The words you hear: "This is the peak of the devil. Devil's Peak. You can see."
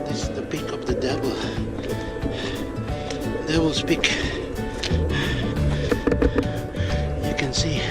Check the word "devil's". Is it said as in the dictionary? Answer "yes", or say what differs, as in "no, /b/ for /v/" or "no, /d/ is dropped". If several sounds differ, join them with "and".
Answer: no, /s/ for /z/